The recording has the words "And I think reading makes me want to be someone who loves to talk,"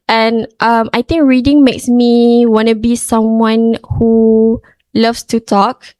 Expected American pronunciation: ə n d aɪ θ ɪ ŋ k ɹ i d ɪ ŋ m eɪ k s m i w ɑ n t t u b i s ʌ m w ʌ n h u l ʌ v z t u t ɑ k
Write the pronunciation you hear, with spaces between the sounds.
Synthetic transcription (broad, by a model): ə n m aɪ t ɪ ŋ k ɹ i d ɪ ŋ m eɪ k s m i w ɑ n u b i s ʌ m w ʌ n h u l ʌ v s t u t ɑ k